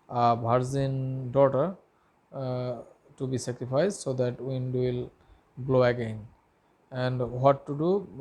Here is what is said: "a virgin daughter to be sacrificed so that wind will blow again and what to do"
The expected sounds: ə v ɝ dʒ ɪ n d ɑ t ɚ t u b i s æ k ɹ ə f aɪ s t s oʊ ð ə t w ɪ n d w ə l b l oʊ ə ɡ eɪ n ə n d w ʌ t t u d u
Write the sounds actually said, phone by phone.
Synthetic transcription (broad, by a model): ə b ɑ z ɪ n d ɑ t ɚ t u b i s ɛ k ɹ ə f aɪ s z s oʊ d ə t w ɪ n d w ə l b l oʊ ə ɡ eɪ n ə n d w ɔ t t u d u